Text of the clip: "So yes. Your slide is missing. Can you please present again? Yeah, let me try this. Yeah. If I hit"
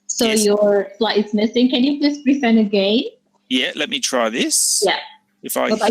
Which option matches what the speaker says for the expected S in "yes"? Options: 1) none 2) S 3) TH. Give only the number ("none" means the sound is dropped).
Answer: 1